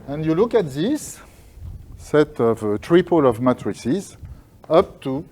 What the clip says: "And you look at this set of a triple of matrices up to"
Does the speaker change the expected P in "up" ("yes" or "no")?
no